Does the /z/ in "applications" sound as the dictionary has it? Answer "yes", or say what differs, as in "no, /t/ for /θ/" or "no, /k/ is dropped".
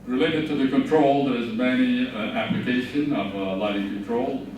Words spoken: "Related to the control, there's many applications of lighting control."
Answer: no, /z/ is dropped